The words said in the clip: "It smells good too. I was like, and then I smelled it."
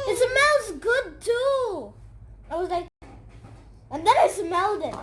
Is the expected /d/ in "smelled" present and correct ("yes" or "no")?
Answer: yes